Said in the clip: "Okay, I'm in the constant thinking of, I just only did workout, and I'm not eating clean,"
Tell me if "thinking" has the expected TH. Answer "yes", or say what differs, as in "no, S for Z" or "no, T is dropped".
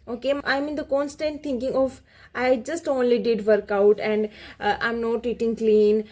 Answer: no, T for TH